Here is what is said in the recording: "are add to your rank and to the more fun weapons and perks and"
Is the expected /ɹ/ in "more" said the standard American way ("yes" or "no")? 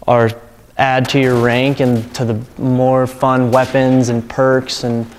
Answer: yes